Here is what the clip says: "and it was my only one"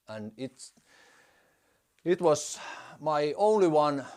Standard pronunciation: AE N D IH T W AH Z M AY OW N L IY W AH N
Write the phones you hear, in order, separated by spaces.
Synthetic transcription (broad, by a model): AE N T IH T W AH S M AY OW N L IY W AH N